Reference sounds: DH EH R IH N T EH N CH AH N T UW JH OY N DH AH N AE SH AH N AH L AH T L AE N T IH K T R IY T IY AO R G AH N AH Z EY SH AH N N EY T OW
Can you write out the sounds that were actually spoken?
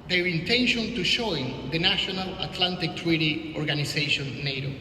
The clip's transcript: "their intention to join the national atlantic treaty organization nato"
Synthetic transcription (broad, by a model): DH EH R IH N T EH N SH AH N T UW SH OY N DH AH N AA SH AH N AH L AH T L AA N T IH K T R IY T IY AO R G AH N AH S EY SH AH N N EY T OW